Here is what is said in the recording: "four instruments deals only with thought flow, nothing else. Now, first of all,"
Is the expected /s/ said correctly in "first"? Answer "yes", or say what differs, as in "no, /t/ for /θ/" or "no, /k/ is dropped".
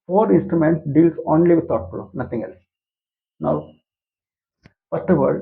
no, /s/ is dropped